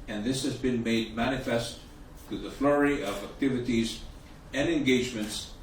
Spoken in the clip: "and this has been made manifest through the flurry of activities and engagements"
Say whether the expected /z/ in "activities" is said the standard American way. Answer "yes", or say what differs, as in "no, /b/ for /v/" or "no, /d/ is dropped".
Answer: yes